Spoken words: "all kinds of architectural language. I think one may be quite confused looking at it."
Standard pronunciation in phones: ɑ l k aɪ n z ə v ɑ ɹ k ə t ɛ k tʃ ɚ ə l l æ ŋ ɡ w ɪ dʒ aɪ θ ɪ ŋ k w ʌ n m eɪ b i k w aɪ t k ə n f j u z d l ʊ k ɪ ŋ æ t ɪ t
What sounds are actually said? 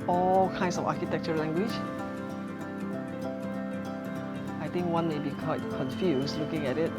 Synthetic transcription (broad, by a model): ɑ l k aɪ n s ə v ɑ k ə t ɛ k tʃ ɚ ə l l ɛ ŋ ɡ w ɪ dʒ aɪ t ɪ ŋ k w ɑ n m eɪ b i k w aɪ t k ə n f j u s l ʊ k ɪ ŋ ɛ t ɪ t